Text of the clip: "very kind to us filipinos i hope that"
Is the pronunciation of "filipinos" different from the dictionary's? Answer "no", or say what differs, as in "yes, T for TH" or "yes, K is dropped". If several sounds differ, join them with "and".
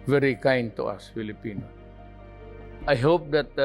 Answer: yes, Z is dropped